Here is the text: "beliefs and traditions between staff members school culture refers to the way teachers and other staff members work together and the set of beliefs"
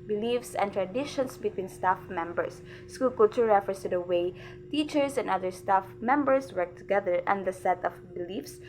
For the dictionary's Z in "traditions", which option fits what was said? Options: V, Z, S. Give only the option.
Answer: S